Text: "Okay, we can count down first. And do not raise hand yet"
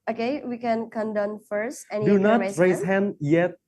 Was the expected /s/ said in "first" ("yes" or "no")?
yes